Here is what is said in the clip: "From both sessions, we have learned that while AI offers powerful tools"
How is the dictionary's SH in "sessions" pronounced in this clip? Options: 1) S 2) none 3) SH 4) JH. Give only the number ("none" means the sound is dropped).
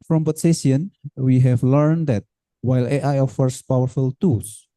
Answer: 2